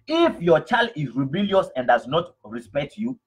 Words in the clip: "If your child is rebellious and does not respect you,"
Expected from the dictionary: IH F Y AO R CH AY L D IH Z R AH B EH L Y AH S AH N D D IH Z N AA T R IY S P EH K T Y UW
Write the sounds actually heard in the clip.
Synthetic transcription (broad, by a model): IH F Y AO CH AY L D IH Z R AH B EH L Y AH S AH N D D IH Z N AA T R IY S P EH K T Y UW